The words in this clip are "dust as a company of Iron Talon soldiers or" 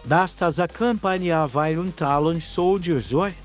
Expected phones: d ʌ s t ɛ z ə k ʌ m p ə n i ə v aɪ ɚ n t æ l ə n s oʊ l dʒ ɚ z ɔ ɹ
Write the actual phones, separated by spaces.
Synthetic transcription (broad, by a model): d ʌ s t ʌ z ə k ʌ m p ə n i ə v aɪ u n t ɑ l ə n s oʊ w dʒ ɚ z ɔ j